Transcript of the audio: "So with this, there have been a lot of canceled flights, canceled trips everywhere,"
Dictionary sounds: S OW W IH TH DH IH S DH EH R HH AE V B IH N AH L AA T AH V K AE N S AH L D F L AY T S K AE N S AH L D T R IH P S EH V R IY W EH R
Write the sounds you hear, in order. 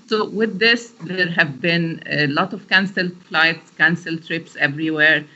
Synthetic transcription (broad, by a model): S OW W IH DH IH S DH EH R HH AE V B IH N L AA T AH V K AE N S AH L F L AY T S K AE N S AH L T R IH P S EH V R IY W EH R